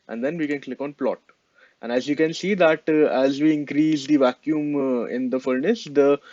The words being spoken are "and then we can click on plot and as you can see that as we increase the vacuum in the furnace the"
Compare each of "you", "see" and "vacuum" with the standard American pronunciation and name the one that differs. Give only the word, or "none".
none